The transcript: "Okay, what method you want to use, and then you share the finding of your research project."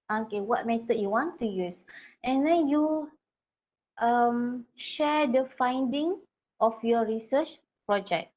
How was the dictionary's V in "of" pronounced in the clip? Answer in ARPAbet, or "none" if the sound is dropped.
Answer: F